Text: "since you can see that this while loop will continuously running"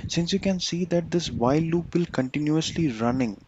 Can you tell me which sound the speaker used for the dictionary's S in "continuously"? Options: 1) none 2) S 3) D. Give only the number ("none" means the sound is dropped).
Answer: 2